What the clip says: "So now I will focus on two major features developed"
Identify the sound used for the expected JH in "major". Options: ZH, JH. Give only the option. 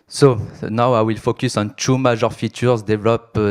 ZH